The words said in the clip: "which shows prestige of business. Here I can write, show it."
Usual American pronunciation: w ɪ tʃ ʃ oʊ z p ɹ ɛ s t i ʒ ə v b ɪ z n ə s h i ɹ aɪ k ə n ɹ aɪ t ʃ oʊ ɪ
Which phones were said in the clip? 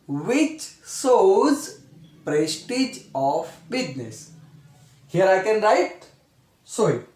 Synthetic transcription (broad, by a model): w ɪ tʃ s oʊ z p ɹ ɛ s t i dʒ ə f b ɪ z n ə s h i ɹ aɪ k ə n ɹ aɪ t s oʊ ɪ